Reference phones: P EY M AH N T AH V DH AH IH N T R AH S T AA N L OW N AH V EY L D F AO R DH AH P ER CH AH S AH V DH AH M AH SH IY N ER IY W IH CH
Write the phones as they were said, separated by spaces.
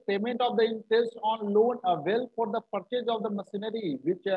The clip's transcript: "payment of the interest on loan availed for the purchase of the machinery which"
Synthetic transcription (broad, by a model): P EY M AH N T AH V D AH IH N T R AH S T AA N L OW N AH V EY L F AO R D AH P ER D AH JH AH V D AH M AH S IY N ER IY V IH CH